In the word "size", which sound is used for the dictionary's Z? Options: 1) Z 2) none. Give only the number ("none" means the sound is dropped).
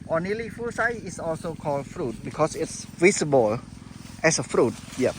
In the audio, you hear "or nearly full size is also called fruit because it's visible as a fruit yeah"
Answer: 2